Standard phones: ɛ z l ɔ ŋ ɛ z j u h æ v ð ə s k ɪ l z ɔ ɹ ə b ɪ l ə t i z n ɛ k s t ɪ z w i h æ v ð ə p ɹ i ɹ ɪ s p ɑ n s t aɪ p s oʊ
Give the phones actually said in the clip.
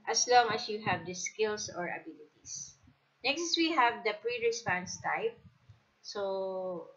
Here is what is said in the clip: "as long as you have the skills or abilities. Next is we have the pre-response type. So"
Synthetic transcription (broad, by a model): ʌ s l ɔ ŋ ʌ s j u h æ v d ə s k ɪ l s ɔ ɹ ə b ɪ l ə t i s n ɛ k s t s w i h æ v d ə p ɹ i ɹ ɪ s p ɑ n s t aɪ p s oʊ